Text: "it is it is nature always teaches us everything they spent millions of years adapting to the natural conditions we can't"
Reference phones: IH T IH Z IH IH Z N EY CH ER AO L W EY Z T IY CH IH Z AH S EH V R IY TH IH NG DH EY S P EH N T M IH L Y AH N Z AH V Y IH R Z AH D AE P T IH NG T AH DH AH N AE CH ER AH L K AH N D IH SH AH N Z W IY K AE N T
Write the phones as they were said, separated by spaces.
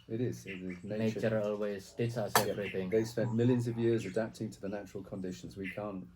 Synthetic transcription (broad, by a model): IH T IH Z IH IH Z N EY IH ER AO L W EY Z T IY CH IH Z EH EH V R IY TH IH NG DH EY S P EH N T M IH L Y AH N Z AH V Y IH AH Z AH D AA P T IH NG T AH DH AH N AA CH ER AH L K AH N D IH SH AH N Z W IY K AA N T